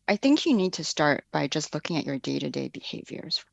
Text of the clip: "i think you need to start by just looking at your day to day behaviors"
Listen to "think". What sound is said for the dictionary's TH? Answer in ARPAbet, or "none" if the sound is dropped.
TH